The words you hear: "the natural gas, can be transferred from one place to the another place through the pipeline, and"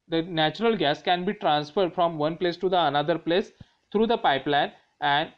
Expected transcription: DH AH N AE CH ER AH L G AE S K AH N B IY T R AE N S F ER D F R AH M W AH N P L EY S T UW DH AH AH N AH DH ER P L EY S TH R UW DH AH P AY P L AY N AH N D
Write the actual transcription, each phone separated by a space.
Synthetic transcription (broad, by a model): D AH N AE CH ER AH L G AE S K AH N B IY T R AE N S F ER D F R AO M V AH N P L EY S T UW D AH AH N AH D ER P L EY S T R UW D AH P AY P L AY N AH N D